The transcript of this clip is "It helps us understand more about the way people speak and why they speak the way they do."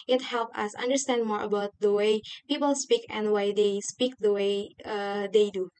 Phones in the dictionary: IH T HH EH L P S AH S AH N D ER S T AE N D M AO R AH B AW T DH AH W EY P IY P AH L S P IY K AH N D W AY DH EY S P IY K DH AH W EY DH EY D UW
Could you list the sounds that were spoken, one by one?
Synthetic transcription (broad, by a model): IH T HH EH L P AH S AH N D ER S T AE N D M AO R AH B AW T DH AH W EY P IY P AH L S P IY K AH N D W AY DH EY S P IY K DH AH W EY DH EY D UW